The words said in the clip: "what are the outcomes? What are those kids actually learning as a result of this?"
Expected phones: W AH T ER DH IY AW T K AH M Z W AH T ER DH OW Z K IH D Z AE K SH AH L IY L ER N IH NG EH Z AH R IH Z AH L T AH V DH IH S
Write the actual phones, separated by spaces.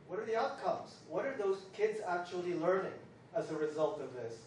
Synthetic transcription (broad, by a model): W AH T ER DH IY AW T K AH M Z W AH T ER DH OW Z K IH D Z AE K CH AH L IY L ER N IH NG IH Z AH R IH Z AH L T AH V DH IH S